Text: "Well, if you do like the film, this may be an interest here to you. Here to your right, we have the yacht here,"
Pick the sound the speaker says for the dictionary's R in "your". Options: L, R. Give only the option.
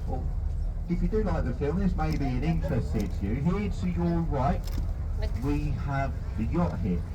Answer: L